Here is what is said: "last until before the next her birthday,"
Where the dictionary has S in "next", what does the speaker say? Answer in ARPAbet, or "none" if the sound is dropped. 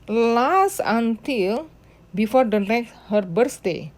none